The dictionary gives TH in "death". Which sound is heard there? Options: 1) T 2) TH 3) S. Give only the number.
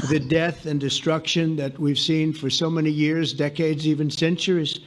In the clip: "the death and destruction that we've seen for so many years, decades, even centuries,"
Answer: 2